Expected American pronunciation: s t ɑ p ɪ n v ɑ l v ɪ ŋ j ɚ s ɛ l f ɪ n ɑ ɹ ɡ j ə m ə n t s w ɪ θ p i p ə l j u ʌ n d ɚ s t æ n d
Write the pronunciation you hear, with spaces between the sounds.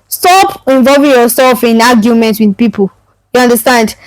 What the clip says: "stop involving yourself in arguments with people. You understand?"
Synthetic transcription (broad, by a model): s t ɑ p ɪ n v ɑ l v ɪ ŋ j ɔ s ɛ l f ɪ n ɑ ɡ j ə m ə n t w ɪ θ p i p ə l j u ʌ n d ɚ s t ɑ n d